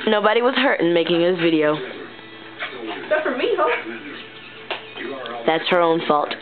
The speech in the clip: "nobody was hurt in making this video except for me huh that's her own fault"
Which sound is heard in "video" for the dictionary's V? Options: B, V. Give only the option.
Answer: V